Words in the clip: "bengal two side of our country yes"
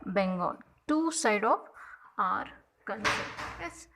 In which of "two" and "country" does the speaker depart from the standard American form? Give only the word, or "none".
country